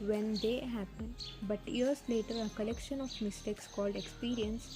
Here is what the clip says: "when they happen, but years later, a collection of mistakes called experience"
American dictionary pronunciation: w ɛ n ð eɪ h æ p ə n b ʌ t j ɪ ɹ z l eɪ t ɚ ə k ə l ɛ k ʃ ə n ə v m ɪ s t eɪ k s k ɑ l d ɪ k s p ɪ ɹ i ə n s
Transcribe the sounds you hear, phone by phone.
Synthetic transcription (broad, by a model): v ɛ n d eɪ h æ p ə n b ʌ t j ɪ ɹ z l eɪ t ɚ ə k ə l ɛ k ʃ ə n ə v m ɪ s t eɪ k s k ɑ l d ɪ k s p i ɹ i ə n s